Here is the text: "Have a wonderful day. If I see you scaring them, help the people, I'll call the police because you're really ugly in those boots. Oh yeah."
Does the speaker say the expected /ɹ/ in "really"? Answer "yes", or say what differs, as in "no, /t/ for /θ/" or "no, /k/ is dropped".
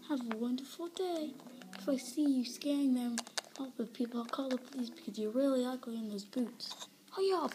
no, /l/ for /ɹ/